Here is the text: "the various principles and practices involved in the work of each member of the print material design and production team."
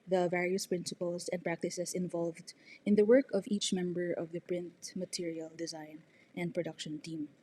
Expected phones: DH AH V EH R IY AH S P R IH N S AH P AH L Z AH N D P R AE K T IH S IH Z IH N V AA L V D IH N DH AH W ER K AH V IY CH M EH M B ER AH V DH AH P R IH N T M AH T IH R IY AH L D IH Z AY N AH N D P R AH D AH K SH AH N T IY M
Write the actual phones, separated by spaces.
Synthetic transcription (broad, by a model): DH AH V EH R IY AH S P R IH N S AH P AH L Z AH N D P R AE K T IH S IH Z IH N V AA L V D IH N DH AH W ER K AH V IY CH M EH M B ER AH V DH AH P R IH N T M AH T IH R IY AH L D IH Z AY N AH N D P R AH D AH K SH AH N T IY M